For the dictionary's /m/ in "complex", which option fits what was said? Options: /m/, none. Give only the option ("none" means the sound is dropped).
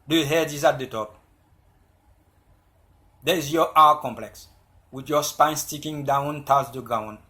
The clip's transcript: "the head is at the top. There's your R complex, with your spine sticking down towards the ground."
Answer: /m/